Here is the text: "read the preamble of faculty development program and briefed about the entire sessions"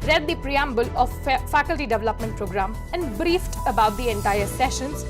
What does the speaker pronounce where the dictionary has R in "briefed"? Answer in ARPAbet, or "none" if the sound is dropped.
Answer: R